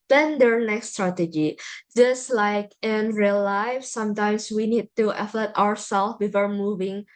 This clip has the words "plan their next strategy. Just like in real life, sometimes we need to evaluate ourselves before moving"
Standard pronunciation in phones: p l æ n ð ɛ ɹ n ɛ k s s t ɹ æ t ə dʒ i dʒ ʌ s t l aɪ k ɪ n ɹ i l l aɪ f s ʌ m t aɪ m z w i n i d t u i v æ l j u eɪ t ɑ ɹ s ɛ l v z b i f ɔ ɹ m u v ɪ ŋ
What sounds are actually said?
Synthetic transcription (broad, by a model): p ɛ n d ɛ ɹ n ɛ k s s t ɹ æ t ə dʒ i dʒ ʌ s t l aɪ k ɪ n ɹ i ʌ l aɪ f s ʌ m t aɪ m s w i n i d t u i f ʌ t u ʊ ɑ ɹ s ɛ l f b i f ɔ ɹ m u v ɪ ŋ